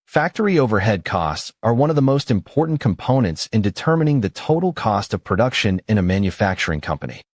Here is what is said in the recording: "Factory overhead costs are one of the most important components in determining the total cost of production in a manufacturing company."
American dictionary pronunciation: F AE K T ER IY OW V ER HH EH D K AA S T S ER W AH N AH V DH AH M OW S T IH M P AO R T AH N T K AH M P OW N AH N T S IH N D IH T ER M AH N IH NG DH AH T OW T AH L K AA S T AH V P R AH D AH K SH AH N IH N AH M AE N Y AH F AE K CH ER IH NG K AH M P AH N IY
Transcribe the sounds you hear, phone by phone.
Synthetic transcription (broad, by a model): F AE K T ER IY OW V ER HH EH D K AA S T S ER W AH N AH V DH AH M OW S T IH M P AO R T N K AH M P OW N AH N T S IH N D IH T ER M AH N IH NG DH AH T OW T L K AA S T AH V P R AH D AH K SH AH N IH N AH M AE N Y AH F AE K CH ER IH NG K AH M P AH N IY